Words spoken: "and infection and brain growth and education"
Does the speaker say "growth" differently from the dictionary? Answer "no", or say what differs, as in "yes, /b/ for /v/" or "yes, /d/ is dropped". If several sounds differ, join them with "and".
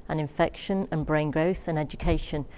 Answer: no